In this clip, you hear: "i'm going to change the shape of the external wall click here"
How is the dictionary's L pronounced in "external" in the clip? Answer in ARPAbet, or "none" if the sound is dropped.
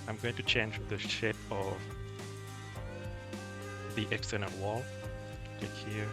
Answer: N